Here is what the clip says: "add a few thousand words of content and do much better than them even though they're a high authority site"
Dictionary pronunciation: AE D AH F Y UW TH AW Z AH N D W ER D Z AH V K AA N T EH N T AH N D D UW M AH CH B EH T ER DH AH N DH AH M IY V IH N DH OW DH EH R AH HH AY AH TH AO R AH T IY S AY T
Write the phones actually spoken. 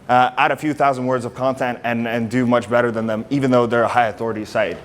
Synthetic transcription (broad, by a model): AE D AH F Y UW TH AW Z AH N D W ER D Z AH V K AA N T EH N T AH N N D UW M AH CH B EH T ER DH AH N DH AH M IY V IH N DH OW DH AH R AH HH AY AH TH AO R AH T IY S AY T